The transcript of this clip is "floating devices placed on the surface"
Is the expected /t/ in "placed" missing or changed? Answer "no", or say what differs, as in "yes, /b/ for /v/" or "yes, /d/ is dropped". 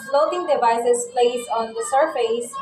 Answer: yes, /t/ is dropped